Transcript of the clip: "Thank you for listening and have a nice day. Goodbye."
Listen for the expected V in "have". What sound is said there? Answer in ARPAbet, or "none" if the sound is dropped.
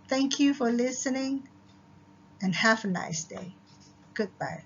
F